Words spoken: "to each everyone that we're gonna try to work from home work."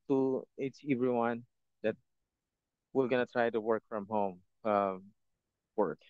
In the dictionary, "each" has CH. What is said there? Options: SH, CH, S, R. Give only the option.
S